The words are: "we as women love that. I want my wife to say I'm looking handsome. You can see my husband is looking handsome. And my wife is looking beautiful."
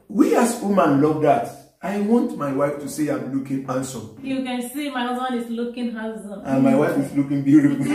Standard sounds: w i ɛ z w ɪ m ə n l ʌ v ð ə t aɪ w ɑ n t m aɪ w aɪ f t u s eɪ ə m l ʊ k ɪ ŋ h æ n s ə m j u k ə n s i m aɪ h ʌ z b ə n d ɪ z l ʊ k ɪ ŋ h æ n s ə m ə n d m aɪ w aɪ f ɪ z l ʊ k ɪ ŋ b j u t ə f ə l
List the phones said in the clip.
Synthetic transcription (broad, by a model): w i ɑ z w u m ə n l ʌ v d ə t aɪ w ɑ n t m aɪ w aɪ f t u s eɪ ə m l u k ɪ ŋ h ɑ n s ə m j u k ə n s i m aɪ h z ə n ɪ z l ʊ k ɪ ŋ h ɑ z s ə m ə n m aɪ w aɪ f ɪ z l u k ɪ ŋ b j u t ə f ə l